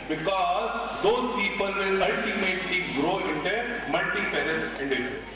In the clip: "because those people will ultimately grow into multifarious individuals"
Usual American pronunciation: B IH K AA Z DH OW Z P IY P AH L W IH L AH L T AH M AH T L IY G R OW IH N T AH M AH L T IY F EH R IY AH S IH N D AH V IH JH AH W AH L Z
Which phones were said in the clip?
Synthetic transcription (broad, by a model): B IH K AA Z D OW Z P IY P AH L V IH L AH L T AH M AH T L IY G R OW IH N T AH M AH L T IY P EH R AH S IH N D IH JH